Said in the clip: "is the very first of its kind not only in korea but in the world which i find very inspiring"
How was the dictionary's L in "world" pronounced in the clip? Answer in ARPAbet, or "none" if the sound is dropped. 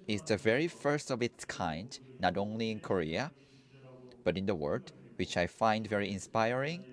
none